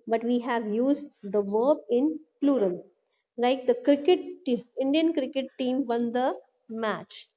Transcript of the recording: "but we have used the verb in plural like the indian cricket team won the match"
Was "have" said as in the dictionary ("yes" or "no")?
yes